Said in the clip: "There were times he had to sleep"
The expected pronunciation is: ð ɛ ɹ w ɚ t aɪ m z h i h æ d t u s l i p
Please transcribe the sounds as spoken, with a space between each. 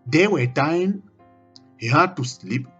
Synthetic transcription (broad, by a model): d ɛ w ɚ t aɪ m h i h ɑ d t u s l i p